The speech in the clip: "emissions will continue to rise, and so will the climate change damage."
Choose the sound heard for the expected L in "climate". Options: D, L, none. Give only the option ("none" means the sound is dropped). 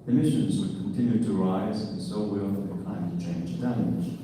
none